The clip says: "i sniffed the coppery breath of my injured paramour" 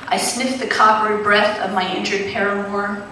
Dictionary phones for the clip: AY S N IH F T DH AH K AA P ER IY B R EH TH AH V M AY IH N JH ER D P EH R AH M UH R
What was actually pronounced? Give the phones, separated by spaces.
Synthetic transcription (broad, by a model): AY S N IH F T DH AH K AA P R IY B R EH TH AH V M AY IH N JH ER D P EH R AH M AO R